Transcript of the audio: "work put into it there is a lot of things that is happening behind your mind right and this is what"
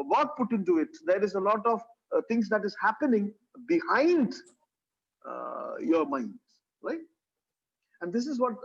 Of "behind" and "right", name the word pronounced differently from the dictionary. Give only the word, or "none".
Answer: none